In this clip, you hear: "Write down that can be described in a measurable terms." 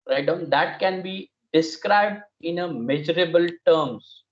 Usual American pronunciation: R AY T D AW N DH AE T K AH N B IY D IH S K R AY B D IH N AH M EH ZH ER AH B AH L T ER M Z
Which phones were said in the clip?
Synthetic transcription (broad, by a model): R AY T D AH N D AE T K AH N B IY D IH S K R AY B D IH N AH M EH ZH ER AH B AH L T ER M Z